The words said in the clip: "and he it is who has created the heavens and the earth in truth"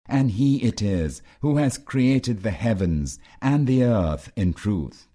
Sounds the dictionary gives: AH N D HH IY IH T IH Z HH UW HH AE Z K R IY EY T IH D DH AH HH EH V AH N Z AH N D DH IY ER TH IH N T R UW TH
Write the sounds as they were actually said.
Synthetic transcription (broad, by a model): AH N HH IY IH T IH Z HH UW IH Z K R IY EY T IH D DH AH HH EH V AH N Z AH N DH IY ER TH IH N T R UW TH